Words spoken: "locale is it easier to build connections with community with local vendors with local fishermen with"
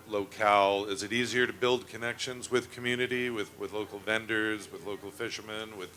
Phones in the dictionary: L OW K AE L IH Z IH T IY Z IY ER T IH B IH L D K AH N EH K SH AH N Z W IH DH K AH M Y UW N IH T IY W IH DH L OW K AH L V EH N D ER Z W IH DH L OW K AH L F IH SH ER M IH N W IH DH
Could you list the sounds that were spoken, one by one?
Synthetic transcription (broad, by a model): L OW K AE L IH Z IH T IY Z IY ER T IH B IH L D K AH N EH K SH AH N Z W IH DH K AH M Y UW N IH T IY W IH DH L OW K L V EH N D ER Z W IH DH L OW K L F IH SH ER M IH N W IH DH